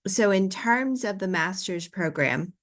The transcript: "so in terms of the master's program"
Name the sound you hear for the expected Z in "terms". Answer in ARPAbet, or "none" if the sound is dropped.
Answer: Z